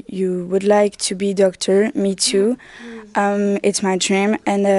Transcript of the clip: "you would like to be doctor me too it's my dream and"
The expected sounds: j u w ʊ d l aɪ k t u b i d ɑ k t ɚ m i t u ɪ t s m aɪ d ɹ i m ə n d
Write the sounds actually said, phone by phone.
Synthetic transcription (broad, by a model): j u w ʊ d l aɪ k t u b i d ɑ k t ɚ m i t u ɪ t s m aɪ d ɹ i m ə n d